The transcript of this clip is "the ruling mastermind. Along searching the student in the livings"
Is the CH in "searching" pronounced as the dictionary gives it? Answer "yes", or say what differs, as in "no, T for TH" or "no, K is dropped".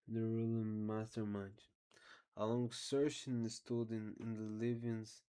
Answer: no, SH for CH